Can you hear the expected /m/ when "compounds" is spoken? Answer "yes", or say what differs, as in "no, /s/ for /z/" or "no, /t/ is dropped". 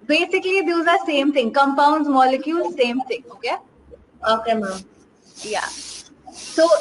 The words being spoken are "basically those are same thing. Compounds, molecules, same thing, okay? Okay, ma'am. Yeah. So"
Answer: yes